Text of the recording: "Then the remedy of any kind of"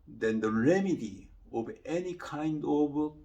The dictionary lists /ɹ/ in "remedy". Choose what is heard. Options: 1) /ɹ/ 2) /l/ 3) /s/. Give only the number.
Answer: 1